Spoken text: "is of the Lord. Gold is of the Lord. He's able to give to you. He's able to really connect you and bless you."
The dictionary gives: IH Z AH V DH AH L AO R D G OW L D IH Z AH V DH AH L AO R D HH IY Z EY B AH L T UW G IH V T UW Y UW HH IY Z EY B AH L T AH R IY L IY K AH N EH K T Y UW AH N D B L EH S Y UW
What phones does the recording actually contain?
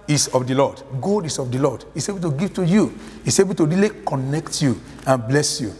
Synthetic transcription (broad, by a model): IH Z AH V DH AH L AO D G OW D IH S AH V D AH L AO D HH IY S EY B AH L T UW G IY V T UW Y UW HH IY S EY B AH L T AH R IY L IY K AH N EH K T Y UW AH N B L EH S Y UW